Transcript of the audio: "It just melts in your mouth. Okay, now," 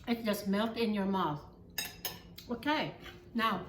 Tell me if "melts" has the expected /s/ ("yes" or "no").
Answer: no